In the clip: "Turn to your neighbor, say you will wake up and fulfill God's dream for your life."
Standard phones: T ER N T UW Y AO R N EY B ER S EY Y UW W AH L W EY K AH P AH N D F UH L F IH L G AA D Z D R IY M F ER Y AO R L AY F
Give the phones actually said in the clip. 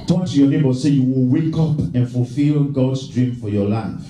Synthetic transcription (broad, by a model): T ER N T UW Y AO N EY B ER S EY Y UW W AH L W EY K AH P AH N F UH L F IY L G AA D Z D R IY M F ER Y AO L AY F